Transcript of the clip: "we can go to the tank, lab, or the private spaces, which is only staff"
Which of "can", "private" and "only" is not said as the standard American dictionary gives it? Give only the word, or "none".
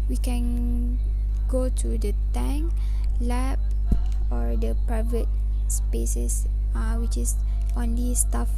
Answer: none